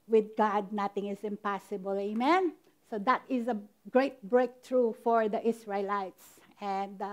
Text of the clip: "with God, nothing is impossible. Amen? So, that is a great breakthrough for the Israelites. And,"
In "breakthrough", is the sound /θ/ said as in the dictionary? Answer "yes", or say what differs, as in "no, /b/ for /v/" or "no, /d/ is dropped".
no, /t/ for /θ/